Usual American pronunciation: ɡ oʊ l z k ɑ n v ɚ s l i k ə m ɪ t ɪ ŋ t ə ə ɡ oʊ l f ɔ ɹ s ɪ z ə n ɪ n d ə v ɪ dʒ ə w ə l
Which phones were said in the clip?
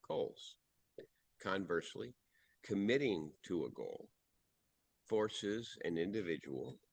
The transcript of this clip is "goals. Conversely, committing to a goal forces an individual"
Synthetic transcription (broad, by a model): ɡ oʊ l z k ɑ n v ɚ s l i k ə m ɪ t ɪ ŋ t ə ə ɡ oʊ l f ɔ ɹ s ɪ z ə n ɪ n d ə v ɪ dʒ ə w l